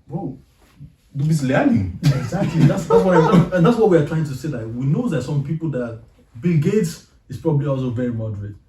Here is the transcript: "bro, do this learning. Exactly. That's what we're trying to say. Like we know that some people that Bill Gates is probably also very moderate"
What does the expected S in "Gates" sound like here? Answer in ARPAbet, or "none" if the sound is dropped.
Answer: S